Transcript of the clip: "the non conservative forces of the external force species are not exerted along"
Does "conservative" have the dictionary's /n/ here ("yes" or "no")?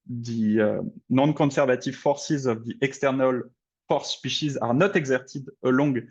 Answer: no